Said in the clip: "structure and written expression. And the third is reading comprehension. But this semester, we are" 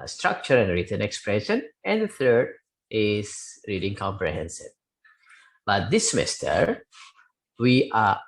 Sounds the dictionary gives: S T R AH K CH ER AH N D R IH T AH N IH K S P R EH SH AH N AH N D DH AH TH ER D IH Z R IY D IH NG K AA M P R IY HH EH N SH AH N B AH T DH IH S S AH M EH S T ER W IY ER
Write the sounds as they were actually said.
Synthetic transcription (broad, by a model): S T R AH K CH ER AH N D R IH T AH N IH K S P R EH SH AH N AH N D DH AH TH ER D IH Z R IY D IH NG K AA M P R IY HH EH N S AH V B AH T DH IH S S AH M EH S T ER W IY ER